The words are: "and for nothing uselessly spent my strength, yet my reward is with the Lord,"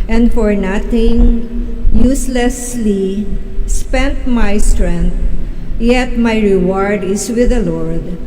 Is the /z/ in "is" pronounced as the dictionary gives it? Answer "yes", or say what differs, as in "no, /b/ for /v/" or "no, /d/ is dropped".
no, /s/ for /z/